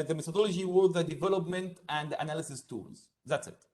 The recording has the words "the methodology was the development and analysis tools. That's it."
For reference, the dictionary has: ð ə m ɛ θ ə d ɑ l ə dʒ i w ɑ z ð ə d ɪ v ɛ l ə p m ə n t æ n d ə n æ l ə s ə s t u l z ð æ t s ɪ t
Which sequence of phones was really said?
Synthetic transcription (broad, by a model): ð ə m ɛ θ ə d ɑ l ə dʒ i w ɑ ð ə d ɪ v ɛ l ə p m ə n t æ n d ə n æ l ə s ə s t u l z ð æ t s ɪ t